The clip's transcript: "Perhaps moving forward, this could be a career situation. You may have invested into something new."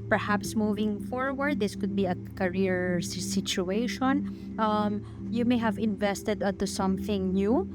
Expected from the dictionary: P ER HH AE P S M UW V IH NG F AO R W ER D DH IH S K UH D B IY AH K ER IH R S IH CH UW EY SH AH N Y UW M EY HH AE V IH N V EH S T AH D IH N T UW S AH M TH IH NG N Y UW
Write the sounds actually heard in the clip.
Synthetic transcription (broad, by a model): P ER HH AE P S M UW V IH NG F AO R W ER D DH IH S K UH D B IY AH K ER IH R S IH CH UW EY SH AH N Y UW M EY HH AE V IH N V EH S T AH D IH N T UW S AH M TH IH NG N Y UW